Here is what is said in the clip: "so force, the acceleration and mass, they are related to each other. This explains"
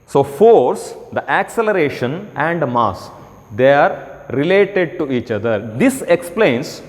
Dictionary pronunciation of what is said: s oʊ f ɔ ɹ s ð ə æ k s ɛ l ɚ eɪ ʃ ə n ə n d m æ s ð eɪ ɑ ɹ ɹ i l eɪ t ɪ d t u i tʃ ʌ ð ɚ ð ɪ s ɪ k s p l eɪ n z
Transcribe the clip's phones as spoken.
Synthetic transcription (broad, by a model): s oʊ f ɔ ɹ s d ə æ k s ɛ l ɚ eɪ ʃ ə n ə n d m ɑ s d eɪ ɑ ɹ ɹ i l eɪ t ɪ d t u i tʃ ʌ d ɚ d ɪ s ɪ k s p l eɪ n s